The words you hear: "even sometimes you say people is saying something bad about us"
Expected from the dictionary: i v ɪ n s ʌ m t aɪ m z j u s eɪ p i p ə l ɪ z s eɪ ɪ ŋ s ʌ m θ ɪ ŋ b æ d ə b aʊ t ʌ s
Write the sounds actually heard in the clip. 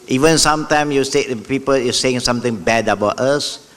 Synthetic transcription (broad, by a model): i v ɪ n s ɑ m t aɪ m j u s eɪ p i p ə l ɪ s eɪ ɪ ŋ s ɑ m t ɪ ŋ b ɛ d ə b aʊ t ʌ s